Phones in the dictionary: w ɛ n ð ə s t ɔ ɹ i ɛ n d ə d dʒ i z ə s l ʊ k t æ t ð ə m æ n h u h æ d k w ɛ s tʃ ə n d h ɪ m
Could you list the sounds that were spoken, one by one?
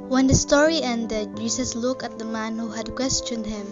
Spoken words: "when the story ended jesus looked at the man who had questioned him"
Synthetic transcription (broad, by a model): w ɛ n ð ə s t ɔ ɹ i ɛ n d ə d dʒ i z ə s l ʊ k æ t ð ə m æ n h u h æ d k w ɛ s tʃ ə n d h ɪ m